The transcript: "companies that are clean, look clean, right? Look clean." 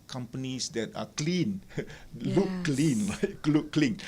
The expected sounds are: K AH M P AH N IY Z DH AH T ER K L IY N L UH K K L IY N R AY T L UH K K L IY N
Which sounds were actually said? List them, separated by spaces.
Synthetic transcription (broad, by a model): K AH M P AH N IY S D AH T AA K L IY N L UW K K L IY N L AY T L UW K K L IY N